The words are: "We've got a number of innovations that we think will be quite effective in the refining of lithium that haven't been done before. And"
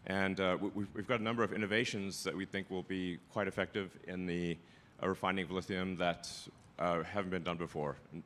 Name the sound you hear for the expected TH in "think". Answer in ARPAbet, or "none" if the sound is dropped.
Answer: TH